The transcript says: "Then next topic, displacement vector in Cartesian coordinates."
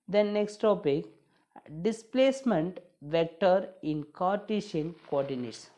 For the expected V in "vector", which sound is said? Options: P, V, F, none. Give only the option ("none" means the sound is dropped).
V